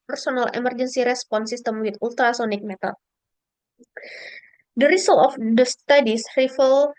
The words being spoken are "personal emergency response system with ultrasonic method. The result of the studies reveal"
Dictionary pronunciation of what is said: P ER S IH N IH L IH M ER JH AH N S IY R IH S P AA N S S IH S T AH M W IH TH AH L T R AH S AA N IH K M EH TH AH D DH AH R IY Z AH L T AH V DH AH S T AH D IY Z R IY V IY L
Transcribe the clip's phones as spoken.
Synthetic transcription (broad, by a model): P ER S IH N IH L IH M ER JH AH N S IY R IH S P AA N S S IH S T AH M W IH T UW L T R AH S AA N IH K M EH T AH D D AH R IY S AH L AH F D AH S T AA D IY S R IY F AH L